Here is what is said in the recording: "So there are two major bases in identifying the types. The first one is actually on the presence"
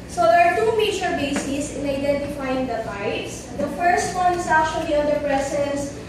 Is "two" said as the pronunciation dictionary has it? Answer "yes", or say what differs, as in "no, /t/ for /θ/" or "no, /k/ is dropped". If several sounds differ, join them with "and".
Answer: yes